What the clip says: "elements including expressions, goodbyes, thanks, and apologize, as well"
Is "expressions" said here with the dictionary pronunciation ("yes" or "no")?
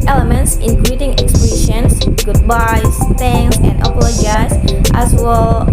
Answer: no